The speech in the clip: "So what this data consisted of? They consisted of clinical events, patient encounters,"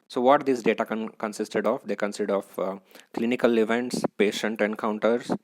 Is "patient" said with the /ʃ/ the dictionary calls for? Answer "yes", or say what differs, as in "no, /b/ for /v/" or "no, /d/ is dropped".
yes